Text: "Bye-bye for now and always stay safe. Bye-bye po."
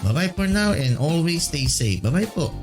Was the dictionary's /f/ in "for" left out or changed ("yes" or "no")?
yes